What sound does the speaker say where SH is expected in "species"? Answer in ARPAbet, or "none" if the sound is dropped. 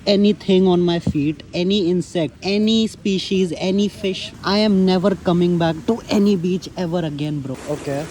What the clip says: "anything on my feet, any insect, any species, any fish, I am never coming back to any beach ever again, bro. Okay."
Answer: SH